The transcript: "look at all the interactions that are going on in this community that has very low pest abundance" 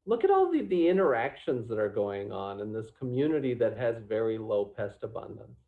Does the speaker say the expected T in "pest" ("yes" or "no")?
yes